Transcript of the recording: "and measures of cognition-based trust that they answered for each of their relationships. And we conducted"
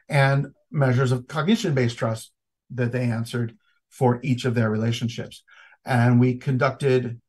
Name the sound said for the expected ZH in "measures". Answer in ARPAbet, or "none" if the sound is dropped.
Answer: ZH